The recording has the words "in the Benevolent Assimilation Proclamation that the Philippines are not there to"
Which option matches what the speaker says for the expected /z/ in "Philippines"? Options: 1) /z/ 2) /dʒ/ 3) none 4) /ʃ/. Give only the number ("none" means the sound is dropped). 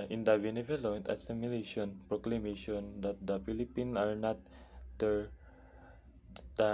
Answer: 3